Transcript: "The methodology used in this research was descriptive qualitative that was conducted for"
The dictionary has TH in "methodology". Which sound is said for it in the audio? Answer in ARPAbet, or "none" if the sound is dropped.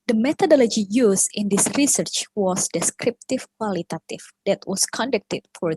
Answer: T